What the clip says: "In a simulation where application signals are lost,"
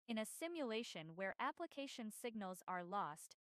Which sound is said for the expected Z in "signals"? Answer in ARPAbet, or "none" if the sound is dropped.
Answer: Z